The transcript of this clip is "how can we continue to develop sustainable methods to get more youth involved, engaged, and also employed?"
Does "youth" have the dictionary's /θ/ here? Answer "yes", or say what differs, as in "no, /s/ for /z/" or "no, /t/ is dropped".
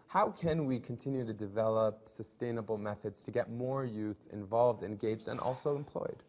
yes